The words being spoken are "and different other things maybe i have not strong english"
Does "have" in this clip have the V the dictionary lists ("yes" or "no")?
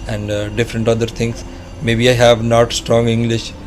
yes